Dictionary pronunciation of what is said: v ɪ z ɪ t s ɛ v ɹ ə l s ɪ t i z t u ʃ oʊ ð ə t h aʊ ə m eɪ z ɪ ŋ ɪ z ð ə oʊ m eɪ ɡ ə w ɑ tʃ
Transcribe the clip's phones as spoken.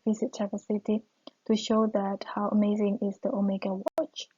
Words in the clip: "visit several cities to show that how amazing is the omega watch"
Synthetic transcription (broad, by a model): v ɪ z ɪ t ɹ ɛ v ə s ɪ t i t u ʃ oʊ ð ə t h aʊ ə m eɪ z ɪ ŋ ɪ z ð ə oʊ m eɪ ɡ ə w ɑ tʃ